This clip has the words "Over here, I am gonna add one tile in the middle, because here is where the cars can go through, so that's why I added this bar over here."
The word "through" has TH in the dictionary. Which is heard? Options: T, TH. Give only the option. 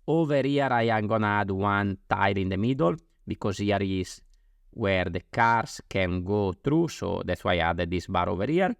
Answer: T